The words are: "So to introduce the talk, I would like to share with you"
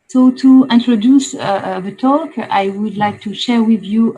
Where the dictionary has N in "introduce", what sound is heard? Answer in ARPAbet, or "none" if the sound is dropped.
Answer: N